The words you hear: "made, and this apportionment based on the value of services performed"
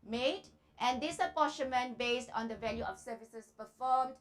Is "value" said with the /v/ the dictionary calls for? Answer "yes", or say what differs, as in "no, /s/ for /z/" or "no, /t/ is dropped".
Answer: yes